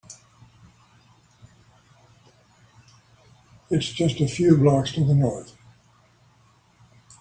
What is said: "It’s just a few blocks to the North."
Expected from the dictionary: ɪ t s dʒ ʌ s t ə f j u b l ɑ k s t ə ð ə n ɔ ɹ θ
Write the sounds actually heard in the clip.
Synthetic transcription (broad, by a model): ɪ t s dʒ ʌ s t ə f j u b l ɑ k s t ə ð ə n ɔ ɹ θ